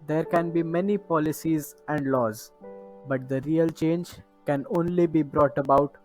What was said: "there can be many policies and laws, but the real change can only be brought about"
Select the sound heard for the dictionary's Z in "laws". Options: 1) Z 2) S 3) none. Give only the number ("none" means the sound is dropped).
1